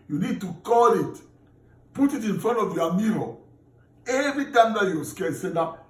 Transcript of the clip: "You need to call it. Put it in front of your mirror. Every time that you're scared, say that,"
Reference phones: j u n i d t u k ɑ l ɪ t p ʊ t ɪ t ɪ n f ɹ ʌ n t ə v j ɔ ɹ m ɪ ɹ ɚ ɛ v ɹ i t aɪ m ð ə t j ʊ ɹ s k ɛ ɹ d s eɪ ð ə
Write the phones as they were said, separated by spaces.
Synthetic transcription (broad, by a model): j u n i d t u k ɑ l ɪ t p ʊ t ɪ t ɪ n f ɹ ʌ n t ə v j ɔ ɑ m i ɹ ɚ ɛ v ɹ i t aɪ m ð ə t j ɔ s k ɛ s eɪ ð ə